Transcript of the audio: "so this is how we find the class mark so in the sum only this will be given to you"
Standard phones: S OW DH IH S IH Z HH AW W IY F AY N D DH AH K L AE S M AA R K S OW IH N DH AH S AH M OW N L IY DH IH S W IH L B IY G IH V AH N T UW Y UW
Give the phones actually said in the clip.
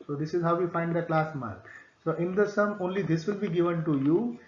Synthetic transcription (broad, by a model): S OW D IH S IH Z HH AW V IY F AY N D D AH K L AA S M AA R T S OW IH N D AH S AH M OW N L IY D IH S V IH L B IY G IH V AH N T UW Y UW